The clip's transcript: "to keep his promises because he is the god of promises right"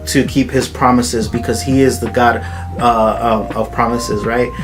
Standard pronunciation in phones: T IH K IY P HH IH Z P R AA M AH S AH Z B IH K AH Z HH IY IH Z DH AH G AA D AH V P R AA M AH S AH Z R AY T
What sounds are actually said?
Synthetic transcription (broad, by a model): T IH K IY P HH IH Z P R AA M AH S AH Z B IH K AH Z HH IY IH Z DH AH G AA D AH V P R AA M AH S AH Z R AY T